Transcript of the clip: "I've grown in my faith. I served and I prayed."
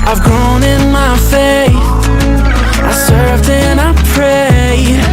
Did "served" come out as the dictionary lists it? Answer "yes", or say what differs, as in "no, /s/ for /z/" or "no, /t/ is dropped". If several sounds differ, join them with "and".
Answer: yes